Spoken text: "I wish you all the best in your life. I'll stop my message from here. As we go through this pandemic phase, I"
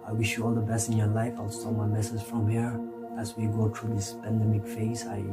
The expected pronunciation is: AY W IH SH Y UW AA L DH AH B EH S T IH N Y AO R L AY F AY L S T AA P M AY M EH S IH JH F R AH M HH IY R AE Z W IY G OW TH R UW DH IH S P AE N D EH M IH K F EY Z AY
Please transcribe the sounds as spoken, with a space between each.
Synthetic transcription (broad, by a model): AY W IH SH Y UW AA L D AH B EH S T IH N Y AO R L AY F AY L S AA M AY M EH S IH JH F R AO M HH IY R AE S W IY G OW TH R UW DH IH S P AE N D EH M IH K F EY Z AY